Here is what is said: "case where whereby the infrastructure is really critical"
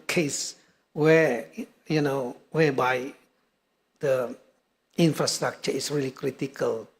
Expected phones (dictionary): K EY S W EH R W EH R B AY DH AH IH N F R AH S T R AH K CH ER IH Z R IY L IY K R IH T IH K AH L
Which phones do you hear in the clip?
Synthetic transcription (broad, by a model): K EY S W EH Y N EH W B AY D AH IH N F R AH S T R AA K CH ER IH S R IY L IY K R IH T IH K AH L